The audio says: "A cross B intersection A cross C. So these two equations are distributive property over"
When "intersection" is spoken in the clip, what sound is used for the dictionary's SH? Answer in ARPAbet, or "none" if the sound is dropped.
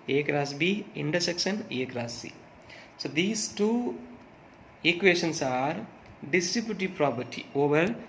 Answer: S